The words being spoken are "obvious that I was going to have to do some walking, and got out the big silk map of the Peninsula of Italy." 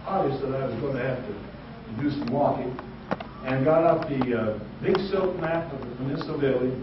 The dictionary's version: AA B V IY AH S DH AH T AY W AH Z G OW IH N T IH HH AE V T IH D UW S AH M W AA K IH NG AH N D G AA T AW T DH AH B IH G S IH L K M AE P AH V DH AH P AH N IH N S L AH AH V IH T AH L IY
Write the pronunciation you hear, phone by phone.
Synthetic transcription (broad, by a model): AA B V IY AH S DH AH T AY W AH Z G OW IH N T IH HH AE F T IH D UW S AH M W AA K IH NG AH N G AA T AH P DH AH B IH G S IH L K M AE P AH V DH AH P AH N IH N S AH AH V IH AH L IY